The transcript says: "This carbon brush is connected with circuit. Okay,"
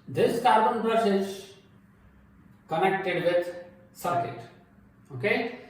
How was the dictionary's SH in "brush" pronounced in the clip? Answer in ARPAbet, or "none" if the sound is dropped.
S